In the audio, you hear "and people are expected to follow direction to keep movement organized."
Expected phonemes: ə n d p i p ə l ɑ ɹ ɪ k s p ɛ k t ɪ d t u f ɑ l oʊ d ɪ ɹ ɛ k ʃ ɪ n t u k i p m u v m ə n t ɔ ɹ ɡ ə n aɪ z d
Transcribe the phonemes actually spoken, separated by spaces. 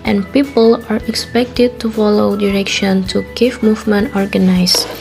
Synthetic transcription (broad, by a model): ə n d p i p ə l ɑ ɹ ɪ k s p ɛ k t ɪ d t u f ɑ l oʊ d ɪ ɹ ɛ k ʃ ɪ n t u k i f m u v m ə n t ɔ ɹ ɡ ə n aɪ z